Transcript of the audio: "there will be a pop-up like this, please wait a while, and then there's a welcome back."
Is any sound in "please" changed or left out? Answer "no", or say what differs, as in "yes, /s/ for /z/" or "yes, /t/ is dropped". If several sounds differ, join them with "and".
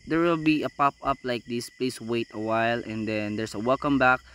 yes, /s/ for /z/